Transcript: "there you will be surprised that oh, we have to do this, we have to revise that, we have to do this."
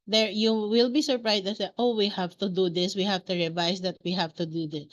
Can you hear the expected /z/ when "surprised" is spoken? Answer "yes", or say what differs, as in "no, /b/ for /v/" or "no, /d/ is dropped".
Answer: no, /s/ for /z/